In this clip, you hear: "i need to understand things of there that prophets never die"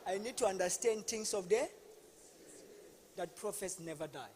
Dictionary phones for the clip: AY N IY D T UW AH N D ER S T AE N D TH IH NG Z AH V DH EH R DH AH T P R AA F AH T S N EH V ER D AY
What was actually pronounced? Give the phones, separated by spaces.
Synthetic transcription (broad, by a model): AY N IY D T UW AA N D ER S T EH N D T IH NG S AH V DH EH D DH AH T P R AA F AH S N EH V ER D AY